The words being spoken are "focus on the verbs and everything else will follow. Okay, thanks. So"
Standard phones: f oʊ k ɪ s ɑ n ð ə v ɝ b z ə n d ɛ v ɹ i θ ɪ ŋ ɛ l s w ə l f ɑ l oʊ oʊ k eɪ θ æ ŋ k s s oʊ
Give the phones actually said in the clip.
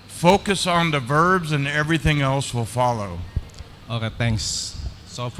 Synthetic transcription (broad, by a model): f oʊ k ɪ s n ð ə v ɝ b z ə n ɛ v ɹ i θ ɪ ŋ ɛ l s w ə l f ɑ l oʊ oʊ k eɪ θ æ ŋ k s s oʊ